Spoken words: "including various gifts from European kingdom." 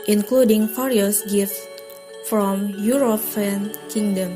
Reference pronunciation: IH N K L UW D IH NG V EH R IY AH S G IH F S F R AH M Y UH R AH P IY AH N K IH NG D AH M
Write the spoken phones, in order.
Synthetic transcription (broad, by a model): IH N K L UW D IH NG F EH R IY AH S G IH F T F R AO M Y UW R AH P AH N K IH NG D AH M